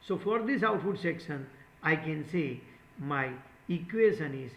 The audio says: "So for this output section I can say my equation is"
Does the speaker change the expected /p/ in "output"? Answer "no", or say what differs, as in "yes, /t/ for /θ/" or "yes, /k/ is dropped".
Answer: yes, /f/ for /p/